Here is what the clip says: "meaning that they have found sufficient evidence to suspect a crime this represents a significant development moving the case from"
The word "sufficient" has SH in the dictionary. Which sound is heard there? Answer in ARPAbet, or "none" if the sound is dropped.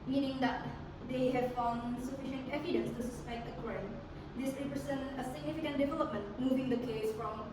SH